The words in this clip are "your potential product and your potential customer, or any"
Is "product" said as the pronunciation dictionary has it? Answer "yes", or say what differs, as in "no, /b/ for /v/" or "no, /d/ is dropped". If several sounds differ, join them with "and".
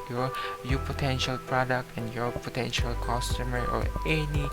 yes